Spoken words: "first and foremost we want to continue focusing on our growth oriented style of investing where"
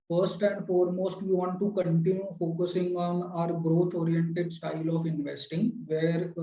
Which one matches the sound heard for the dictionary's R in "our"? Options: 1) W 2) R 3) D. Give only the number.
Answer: 2